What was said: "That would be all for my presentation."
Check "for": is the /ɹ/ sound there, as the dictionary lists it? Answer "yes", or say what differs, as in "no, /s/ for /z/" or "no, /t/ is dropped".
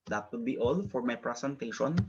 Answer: yes